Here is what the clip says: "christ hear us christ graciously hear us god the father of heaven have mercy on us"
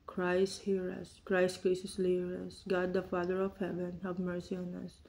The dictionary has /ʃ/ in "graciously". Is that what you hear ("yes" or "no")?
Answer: no